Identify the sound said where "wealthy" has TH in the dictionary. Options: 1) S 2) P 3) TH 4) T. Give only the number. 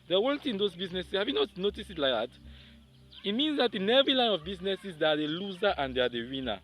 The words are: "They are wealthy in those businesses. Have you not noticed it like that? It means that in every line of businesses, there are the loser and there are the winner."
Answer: 4